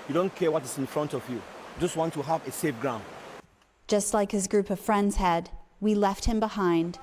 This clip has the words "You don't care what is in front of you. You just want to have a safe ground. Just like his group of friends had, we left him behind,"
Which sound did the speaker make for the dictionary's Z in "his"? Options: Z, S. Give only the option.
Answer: Z